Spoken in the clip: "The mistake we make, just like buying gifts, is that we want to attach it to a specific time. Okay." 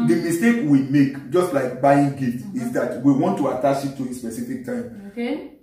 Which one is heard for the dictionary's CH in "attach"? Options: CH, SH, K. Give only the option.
SH